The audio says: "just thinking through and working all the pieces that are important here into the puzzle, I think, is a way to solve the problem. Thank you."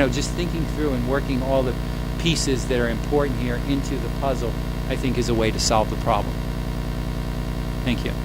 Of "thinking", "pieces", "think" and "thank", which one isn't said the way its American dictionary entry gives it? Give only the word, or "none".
none